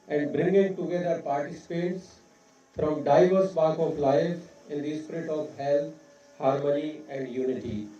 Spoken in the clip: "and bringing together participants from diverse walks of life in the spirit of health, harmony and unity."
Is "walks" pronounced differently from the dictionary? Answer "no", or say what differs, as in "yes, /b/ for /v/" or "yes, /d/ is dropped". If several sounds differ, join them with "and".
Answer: yes, /s/ is dropped